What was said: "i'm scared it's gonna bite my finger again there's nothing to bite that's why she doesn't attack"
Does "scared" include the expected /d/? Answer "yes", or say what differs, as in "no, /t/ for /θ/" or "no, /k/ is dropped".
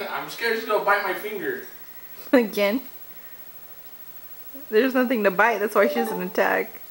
no, /d/ is dropped